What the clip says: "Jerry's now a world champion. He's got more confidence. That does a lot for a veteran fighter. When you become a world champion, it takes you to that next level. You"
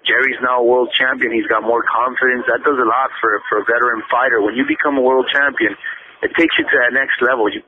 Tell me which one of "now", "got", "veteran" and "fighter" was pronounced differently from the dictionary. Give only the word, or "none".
veteran